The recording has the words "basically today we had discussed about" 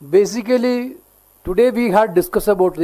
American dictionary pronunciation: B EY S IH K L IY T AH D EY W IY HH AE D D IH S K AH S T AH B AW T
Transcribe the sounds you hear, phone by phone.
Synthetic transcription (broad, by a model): B EY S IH K L IY T AH D EY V IY HH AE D D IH S K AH S AH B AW T